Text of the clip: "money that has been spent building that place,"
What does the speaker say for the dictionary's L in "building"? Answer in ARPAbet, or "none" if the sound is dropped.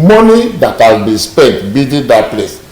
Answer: none